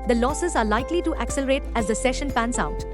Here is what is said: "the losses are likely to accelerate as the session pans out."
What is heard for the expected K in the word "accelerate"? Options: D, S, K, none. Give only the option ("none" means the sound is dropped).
K